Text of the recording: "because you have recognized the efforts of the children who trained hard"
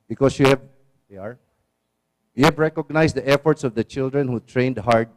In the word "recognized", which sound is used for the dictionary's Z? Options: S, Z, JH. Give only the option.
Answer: S